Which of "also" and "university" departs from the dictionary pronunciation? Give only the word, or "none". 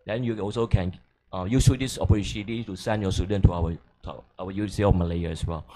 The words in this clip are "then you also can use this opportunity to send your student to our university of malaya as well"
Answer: university